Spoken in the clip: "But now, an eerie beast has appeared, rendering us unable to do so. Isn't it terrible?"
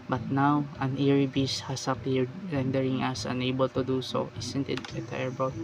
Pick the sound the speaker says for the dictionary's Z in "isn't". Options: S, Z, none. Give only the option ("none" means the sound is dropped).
S